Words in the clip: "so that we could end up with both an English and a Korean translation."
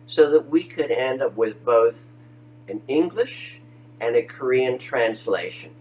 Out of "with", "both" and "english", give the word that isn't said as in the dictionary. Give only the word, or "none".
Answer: none